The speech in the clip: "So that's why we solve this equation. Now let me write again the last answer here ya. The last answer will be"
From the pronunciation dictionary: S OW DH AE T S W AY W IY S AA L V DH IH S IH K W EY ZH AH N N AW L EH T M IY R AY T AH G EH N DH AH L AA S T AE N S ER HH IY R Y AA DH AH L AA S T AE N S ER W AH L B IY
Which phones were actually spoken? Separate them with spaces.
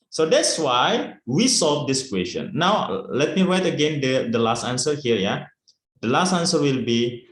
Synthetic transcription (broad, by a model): S OW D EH T S W AY W IY S AA L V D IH S K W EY S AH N N AW L EH T M IY R AY T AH G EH N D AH L AA S T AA N S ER HH IY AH Y AA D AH L AA S T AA N S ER W AH L B IY